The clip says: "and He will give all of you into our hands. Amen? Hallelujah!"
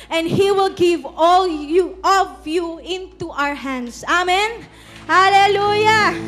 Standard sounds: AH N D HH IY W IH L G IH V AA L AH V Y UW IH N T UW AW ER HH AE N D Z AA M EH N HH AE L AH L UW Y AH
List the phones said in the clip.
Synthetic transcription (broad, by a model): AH N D HH IY W IH L G IH V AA L AH V Y UW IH N T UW AW ER HH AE N D S AA M EH N HH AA L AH L UW Y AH